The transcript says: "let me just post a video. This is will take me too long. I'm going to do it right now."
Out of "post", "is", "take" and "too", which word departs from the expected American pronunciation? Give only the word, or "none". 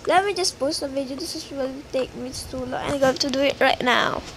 is